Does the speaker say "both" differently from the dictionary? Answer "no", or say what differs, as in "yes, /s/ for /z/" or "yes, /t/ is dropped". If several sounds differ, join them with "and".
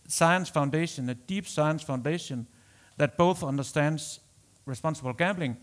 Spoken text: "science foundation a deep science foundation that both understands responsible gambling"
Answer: no